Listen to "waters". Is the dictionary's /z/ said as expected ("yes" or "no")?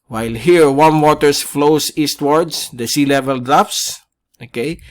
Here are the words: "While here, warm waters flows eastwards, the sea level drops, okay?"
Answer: no